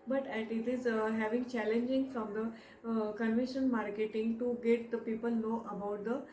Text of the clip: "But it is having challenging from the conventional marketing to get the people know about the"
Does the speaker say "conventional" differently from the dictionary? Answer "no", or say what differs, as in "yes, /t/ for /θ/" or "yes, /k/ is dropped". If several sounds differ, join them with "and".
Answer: yes, /n/ is dropped and /n/ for /l/